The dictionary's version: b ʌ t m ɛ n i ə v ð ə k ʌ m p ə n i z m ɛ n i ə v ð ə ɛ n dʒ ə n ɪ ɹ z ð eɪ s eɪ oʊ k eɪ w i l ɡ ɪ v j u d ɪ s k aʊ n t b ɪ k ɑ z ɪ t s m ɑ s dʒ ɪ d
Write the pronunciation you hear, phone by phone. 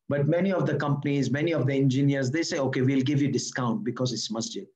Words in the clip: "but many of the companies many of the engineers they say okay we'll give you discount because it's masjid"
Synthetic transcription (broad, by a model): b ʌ t m ɛ n i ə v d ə k ʌ m p ə n i z m ɛ n i ə v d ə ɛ n dʒ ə n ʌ ɹ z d eɪ s eɪ oʊ k eɪ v i l ɡ ɪ v j u d ɪ s k aʊ n t b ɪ k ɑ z ɪ t s m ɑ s dʒ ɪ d